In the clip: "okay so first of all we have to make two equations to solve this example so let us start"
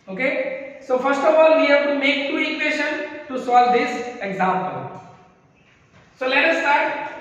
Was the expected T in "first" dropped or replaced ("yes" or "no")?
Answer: no